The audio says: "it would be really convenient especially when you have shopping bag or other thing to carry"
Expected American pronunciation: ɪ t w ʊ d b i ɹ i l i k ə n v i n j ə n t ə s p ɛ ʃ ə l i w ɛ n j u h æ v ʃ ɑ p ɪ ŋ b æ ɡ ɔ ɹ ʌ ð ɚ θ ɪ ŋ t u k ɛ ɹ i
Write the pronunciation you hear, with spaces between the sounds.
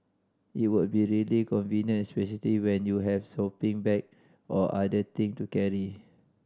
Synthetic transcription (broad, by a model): ɪ t w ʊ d b i ɹ i l i k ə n v i n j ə n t s p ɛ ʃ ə l i w ɛ n j u h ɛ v s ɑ p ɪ ŋ b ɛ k ɔ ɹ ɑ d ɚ t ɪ ŋ t u k ɛ ɹ i